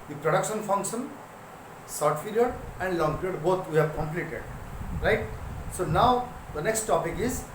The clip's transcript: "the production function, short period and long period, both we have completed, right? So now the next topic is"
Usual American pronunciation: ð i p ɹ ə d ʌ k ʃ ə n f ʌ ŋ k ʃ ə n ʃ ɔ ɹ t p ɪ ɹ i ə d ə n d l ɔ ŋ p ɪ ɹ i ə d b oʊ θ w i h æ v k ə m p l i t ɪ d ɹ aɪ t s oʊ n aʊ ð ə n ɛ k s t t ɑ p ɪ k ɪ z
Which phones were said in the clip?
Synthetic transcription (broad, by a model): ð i p ɹ ə d ʌ k ʃ ə n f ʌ ŋ k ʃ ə n s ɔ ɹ t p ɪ l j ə d ə n d l ɔ ŋ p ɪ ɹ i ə d b oʊ t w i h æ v k ə m p l i t ɪ d ɹ aɪ t s oʊ n aʊ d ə n ɛ k s t t ɑ p ɪ k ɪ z